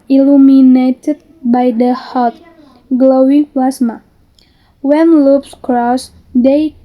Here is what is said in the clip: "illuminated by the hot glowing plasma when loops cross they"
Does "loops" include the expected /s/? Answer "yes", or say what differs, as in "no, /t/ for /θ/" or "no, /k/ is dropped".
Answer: yes